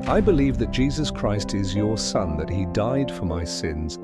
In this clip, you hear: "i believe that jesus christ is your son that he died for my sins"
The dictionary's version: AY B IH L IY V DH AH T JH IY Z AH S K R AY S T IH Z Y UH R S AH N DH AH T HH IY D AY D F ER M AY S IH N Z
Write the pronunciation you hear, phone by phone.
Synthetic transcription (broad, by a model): AY B IH L IY V DH AH T JH IY Z AH S K R AY S T IH Z Y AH R S AH N DH AH T HH IY D AY D F ER M AY S IH N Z